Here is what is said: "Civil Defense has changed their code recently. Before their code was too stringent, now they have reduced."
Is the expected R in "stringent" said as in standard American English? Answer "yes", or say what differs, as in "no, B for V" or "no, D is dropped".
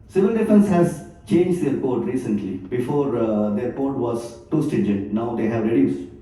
no, R is dropped